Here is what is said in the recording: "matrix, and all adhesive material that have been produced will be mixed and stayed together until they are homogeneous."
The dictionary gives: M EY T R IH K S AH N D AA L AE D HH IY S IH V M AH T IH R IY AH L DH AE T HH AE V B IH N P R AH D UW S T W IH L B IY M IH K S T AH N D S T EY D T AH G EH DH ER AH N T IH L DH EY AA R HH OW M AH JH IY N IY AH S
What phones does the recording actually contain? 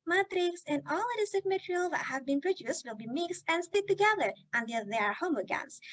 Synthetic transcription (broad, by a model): M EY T R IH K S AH N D AA L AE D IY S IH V M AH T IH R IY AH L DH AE T HH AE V B IH N P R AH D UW S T W IH L B IY M IH K S T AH N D S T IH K T AH G EH DH ER AH N T IH L DH EY AA R HH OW M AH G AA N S